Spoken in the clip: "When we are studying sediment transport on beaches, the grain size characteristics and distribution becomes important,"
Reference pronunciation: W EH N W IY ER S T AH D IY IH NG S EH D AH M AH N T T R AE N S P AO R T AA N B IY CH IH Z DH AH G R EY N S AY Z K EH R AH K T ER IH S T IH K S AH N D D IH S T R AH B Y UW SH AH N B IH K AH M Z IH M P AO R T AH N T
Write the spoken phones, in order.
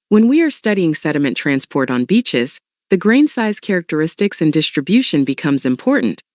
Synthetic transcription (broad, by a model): W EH N W IY ER S T AH D IY IH NG S EH D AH M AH N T T R AE N S P AO R T N B IY CH IH Z DH AH G R EY N S AY Z K EH R AH K T ER IH S T IH K S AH N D D IH S T R AH B Y UW SH AH N B IH K AH M Z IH M P AO R T N T